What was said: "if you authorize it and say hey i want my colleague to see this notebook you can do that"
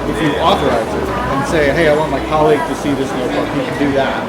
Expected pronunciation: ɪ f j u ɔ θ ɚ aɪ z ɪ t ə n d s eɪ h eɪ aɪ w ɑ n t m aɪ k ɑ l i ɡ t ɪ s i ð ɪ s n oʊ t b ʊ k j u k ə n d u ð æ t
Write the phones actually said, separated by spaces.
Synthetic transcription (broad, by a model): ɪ f j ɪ ɔ θ ɚ aɪ z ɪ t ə n s eɪ h eɪ aɪ w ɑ n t m aɪ k ɑ l i ɡ t ɪ s i ð ɪ s n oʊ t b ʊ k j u k ə n d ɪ ð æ t